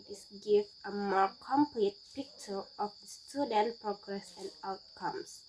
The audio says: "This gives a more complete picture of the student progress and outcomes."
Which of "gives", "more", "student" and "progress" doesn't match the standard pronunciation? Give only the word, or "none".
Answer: gives